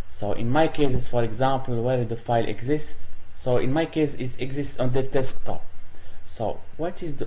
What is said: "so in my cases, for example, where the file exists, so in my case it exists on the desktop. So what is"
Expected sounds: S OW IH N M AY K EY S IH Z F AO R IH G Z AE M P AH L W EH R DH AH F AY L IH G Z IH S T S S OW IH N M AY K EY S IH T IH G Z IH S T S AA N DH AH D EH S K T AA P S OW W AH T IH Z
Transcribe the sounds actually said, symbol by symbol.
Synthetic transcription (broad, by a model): S OW IH N M AY K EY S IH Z F AO R IH G Z AE M P AH L W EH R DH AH F AY L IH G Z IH S T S S OW IH N M AY K EY S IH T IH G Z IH S T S AA N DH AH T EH S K T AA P S OW W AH T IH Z